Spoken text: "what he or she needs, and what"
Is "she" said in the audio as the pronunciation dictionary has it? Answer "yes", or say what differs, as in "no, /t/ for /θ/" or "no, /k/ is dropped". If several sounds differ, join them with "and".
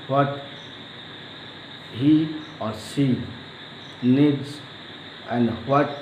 no, /s/ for /ʃ/